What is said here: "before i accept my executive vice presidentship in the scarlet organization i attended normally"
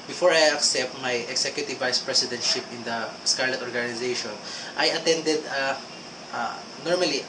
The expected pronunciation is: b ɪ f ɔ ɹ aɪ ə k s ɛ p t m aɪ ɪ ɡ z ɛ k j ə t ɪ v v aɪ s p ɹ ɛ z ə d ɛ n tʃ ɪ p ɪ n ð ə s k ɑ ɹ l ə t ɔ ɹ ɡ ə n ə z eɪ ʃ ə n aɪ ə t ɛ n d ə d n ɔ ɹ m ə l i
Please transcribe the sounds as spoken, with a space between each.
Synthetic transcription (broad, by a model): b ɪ f ɔ ɹ aɪ ə k s ɛ p t m aɪ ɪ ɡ s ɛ k j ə t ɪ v v aɪ s p ɹ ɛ s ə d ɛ n tʃ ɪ p ɪ n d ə s k ɑ ɹ l ə t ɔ ɹ ɡ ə n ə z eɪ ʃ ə n aɪ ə t ɛ n d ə d n ɔ ɹ m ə l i